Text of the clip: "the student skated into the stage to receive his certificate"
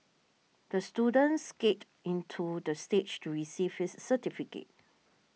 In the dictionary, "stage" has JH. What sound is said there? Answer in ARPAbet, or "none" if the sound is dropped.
CH